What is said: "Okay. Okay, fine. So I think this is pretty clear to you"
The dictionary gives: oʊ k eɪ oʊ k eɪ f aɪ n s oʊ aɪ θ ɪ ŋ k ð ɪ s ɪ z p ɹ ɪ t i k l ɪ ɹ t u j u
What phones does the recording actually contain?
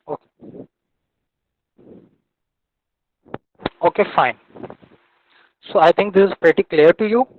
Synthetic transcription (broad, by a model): oʊ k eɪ oʊ k eɪ f aɪ n s oʊ aɪ t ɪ ŋ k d ɪ s ɪ z p ɹ ɪ t i k l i ɹ t u j u